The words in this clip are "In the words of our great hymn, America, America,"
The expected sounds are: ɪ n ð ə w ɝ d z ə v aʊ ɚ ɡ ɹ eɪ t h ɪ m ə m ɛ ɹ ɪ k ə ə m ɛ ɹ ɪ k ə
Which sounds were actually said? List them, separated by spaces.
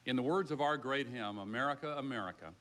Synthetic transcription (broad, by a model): ɪ n ð ə w ɝ d z ə v aʊ ɚ ɡ ɹ eɪ t h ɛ m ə m ɛ ɹ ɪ k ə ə m ɛ ɹ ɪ k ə